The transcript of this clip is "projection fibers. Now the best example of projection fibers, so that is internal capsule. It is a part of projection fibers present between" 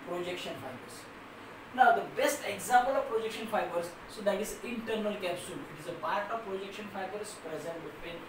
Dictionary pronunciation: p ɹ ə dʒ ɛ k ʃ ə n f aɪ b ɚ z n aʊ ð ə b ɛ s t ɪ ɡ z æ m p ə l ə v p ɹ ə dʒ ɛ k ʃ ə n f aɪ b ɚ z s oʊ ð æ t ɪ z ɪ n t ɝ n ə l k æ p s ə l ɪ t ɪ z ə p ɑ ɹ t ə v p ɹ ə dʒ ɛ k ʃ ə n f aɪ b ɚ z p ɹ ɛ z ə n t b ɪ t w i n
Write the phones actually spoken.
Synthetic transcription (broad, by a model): p ɹ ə dʒ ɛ k ʃ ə n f aɪ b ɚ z n aʊ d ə b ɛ s t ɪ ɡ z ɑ m p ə l ə v p ɹ ə dʒ ɛ k ʃ ə n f aɪ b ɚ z s oʊ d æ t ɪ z ɪ n t ɝ n ə l k æ p s ə l ɪ t ɪ z ə p ɑ ɹ t ə v p ɹ ə dʒ ɛ k ʃ ə n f aɪ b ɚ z p ɹ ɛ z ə n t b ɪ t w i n